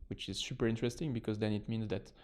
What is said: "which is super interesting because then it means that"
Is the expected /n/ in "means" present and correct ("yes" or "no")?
yes